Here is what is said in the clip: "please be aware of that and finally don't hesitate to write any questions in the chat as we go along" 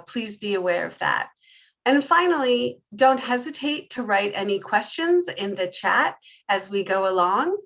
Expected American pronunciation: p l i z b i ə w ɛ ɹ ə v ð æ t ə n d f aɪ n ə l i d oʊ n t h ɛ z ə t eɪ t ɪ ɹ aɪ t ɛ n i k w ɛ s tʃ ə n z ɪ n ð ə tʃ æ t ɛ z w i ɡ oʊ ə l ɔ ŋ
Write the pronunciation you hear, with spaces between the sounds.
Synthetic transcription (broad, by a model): p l i z b i ə w ɛ ɹ ə v ð æ t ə n f aɪ n l i d oʊ n t h ɛ z ə t eɪ t ɪ ɹ aɪ t ɛ n i k w ɛ s tʃ ə n z ɪ n ð ə tʃ æ t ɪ z w i ɡ oʊ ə l ɔ ŋ